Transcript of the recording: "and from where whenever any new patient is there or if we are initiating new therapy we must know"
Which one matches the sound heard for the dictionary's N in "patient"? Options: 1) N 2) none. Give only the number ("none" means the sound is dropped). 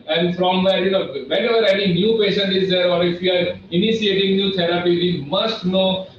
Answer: 1